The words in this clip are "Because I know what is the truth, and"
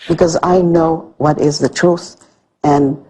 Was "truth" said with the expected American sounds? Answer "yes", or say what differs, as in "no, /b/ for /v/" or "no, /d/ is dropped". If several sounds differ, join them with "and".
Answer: yes